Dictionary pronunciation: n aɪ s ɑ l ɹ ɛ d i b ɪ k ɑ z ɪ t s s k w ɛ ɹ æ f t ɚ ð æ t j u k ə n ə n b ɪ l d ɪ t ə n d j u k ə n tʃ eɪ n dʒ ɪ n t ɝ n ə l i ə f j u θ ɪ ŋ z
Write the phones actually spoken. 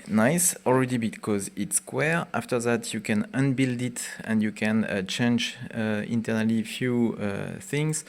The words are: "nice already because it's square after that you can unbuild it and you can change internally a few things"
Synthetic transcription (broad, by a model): n aɪ s ɑ l ɹ ɛ d i b ɪ k ɑ z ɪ t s s k w ɛ ɹ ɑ f t ɚ ð æ t j u k ə n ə n b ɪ l d ɪ t ə n d j u k ə n tʃ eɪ n dʒ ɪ n t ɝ n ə l i f j u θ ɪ ŋ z